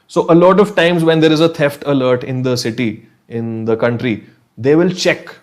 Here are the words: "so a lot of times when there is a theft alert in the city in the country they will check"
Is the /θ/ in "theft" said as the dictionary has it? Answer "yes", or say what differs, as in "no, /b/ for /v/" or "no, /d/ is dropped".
no, /t/ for /θ/